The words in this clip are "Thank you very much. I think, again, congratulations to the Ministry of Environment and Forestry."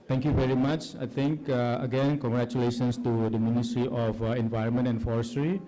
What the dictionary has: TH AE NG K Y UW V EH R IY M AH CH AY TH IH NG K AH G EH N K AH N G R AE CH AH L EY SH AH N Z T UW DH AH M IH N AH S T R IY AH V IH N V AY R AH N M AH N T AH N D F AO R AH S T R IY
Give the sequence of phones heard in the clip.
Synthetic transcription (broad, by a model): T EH NG K Y UW V EH R IY M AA CH AY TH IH NG K AH G EH N K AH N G R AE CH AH L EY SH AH N S T UW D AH M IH N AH S T R IY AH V IH N V AY R AH N M AH N T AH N F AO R S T R IY